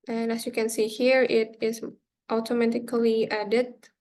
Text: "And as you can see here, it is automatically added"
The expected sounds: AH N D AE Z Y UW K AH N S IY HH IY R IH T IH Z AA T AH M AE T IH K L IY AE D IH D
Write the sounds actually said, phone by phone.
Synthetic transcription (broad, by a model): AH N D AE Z Y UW K AH N S IY HH IY R IH T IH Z AA T AH M AE T IH K L IY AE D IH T